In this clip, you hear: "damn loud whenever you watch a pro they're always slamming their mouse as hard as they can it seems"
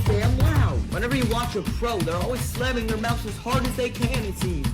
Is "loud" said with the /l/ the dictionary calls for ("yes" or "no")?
no